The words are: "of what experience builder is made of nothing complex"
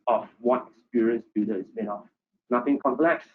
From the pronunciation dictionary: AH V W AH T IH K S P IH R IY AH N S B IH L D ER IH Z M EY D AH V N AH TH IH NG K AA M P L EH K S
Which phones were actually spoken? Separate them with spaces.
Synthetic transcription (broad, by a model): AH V W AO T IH K S P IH R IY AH N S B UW D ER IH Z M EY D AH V N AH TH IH NG K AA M P L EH K S